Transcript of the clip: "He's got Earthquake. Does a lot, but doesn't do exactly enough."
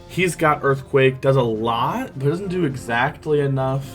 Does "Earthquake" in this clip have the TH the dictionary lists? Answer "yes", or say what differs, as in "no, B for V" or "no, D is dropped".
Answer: yes